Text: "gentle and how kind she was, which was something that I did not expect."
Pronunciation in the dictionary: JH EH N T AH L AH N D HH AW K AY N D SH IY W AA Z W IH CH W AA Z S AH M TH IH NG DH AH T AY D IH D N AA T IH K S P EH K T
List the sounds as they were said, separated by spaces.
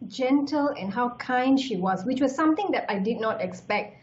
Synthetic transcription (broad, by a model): JH EH N T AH L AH N HH AW K AY N D SH IY W AA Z W IH CH W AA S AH M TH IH NG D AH T AY D IH D N AA T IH K S P EH K T